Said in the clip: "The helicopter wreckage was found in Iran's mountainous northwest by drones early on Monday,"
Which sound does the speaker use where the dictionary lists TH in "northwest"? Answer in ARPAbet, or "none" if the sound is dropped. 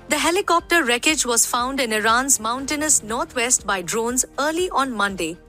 T